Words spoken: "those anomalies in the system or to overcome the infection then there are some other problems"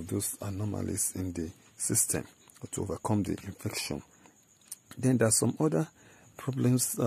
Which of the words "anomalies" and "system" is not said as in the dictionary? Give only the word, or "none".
anomalies